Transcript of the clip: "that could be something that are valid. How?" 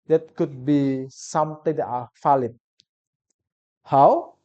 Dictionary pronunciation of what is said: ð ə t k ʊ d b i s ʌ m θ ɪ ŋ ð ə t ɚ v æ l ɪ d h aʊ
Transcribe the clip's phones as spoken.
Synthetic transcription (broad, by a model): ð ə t k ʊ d b i s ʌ m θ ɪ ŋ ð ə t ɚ f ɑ l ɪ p h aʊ